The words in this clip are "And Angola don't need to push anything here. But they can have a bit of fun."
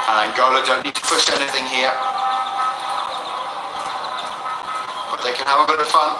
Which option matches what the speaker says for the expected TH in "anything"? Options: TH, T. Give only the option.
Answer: TH